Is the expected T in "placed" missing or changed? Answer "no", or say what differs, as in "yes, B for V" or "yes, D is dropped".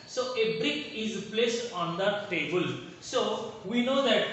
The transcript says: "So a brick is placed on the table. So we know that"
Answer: no